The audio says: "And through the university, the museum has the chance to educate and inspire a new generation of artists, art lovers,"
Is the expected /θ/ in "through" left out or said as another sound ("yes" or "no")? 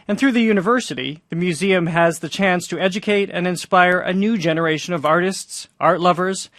no